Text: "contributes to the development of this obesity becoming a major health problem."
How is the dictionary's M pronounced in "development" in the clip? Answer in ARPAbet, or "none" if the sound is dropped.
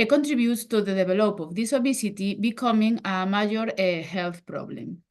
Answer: none